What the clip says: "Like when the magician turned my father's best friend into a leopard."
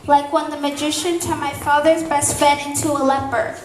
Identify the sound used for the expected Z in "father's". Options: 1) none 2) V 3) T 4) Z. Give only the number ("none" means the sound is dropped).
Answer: 4